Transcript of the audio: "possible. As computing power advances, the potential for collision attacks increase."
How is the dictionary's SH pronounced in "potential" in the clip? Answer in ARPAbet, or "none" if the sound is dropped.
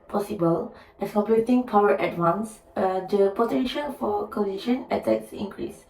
SH